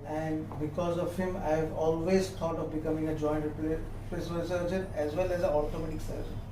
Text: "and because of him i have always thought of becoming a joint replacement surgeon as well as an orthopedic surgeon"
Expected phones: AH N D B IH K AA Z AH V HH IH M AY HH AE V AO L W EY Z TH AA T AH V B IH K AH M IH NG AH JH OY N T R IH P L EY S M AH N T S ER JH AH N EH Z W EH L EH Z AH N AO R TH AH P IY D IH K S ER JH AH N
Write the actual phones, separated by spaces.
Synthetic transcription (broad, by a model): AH N D B IH K AA Z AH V HH IH M AY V AO L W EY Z T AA T AH V B IH K AH M IH NG AH JH OY N T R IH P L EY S AH L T S ER JH AH N EH Z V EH L EH Z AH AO R T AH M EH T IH K S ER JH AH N